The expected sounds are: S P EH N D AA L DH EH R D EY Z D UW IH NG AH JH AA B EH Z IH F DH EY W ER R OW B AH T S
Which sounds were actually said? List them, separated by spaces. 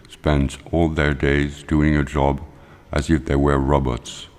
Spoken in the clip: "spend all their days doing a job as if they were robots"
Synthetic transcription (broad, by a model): S P EH N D AA L DH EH R D EY Z D UW IH NG AH JH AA B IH Z IH F DH EY W ER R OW B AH T S